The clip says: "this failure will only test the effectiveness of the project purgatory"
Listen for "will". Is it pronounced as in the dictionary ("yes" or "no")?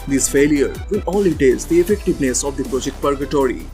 no